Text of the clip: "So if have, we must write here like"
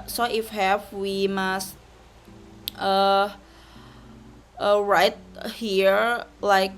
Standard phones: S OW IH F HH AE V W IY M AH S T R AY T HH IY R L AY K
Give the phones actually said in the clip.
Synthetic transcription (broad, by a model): S OW IH F HH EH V W IY M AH S T R AY T HH IY R L AY K